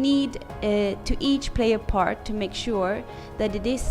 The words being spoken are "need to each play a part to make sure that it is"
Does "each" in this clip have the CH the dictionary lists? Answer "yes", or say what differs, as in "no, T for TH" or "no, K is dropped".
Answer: yes